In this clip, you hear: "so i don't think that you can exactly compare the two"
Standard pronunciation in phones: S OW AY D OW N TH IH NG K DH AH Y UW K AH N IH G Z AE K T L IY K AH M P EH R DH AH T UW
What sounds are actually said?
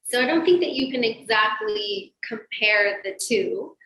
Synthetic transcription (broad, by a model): S OW AY D OW N TH IH NG K DH AH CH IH K AH N IH G Z AE K T L IY K AH M P EH R DH AH T UW